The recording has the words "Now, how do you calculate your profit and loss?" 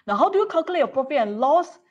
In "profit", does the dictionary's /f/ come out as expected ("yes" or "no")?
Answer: no